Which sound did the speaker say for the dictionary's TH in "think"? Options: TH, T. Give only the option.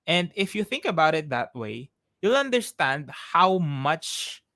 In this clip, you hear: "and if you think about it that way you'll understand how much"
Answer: TH